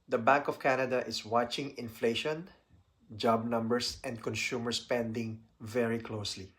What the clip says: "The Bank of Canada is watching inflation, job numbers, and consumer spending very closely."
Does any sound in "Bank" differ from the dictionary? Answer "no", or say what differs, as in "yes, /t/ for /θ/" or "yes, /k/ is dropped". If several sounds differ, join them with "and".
no